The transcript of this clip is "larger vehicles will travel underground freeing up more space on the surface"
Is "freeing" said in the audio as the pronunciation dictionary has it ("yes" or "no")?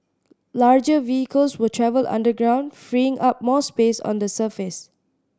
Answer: yes